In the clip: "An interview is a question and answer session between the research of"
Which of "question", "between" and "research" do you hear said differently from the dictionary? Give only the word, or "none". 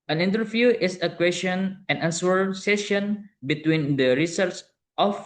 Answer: research